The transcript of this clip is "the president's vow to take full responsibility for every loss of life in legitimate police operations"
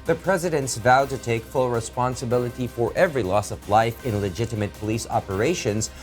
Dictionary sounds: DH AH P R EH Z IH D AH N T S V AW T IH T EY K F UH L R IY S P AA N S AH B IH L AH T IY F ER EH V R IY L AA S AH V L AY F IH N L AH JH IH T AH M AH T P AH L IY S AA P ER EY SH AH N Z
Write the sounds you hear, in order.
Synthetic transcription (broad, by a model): DH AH P R EH Z IH D AH N T S V AW T IH T EY K F UH L R IY S P AA N S AH B IH L AH T IY F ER EH V R IY L AA S AH V L AY F IH N L AH JH IH T AH M AH T P AH L IY S AA P ER EY SH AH N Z